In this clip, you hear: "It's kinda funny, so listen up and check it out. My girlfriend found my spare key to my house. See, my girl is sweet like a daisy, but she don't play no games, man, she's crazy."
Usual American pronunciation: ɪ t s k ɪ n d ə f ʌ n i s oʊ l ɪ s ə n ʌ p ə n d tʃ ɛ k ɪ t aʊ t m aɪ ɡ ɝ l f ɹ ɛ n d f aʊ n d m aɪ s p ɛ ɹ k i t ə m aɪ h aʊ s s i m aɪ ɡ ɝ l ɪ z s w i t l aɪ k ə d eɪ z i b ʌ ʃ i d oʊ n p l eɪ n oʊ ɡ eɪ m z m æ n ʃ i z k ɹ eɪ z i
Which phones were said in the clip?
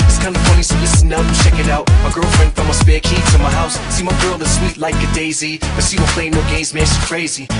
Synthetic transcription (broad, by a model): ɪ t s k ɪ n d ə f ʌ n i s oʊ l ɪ s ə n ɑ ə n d tʃ ɛ k ɪ t aʊ t m aɪ ɡ ɝ l f ɹ ɛ n d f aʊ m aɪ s b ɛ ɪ k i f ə m aɪ h aʊ s s i m aɪ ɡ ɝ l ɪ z s w i t l aɪ k ə d eɪ z i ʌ s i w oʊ p l eɪ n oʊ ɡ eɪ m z m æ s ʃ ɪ k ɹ eɪ z i